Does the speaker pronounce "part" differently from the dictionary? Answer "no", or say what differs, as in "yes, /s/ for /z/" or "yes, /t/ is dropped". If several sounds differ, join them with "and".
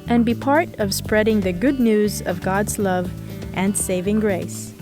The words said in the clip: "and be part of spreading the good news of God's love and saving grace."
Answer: no